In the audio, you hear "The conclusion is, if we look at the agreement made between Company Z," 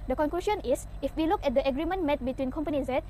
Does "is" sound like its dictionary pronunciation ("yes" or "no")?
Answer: no